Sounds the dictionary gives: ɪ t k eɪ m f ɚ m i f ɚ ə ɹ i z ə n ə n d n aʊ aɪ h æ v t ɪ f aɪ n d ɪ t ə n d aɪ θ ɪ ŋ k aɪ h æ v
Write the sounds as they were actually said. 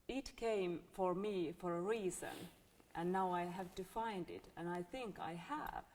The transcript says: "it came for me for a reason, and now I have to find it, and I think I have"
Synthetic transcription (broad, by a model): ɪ t k eɪ m f ɚ m i f ɚ ə ɹ i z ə n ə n n aʊ aɪ h æ v t ɪ f aɪ n d ɪ t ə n aɪ θ ɪ ŋ k aɪ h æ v